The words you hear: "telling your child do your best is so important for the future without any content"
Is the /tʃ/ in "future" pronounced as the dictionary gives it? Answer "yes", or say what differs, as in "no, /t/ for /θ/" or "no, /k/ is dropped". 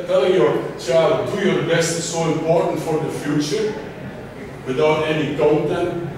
yes